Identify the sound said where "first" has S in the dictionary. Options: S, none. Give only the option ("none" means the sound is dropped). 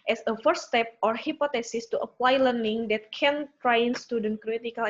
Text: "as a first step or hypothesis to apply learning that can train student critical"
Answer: none